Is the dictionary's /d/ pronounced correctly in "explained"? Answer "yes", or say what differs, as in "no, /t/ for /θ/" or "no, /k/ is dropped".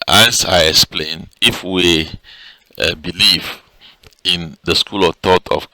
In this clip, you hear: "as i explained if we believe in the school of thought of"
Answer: no, /d/ is dropped